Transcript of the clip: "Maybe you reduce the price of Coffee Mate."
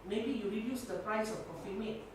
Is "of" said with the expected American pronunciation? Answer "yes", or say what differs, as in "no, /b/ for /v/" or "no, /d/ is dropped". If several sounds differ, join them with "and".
no, /f/ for /v/